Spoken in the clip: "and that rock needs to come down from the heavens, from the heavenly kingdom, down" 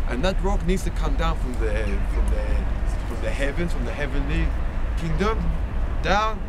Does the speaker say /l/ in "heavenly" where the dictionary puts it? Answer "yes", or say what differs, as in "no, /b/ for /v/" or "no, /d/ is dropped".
yes